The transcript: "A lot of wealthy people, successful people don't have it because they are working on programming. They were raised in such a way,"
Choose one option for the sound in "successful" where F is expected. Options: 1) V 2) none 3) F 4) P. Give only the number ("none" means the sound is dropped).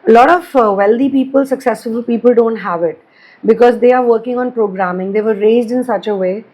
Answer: 2